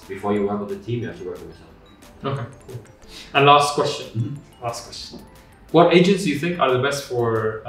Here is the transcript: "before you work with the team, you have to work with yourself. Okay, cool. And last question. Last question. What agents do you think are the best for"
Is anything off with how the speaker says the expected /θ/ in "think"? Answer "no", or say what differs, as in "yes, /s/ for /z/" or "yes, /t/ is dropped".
no